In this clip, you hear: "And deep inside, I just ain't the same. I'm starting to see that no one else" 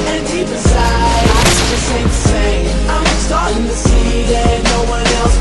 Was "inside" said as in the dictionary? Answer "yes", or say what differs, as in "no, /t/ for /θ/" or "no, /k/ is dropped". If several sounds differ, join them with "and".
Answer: no, /n/ is dropped and /d/ is dropped